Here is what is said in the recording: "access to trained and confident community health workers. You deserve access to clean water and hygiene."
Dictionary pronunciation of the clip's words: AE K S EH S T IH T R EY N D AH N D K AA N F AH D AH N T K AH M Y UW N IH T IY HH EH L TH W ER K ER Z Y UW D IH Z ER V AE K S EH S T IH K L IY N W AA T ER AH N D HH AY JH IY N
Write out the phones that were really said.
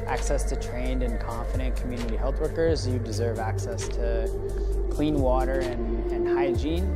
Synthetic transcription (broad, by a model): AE K S EH S T IH T R EY N D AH N K AA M F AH D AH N K M Y UW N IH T IY HH EH L TH W ER K ER Z Y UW D IH Z ER V AE K S EH S T IH K L IY N W AA T ER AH N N HH AY JH IY N